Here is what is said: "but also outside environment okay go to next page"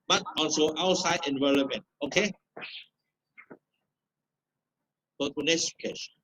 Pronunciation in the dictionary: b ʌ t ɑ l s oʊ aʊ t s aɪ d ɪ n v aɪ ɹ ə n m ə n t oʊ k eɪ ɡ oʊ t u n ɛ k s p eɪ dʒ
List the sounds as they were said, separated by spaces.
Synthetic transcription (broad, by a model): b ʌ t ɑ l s oʊ aʊ t s aɪ d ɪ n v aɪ l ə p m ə n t oʊ k eɪ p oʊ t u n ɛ s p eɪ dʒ